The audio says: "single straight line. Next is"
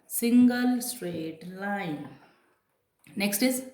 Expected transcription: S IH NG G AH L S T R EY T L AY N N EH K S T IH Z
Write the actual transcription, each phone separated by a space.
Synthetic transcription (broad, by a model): S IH NG G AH L S T R EY T L AY N N EH K S T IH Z